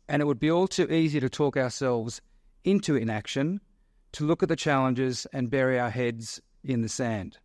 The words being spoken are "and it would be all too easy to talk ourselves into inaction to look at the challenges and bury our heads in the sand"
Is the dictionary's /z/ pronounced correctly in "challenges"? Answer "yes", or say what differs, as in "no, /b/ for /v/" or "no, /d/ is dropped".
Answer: yes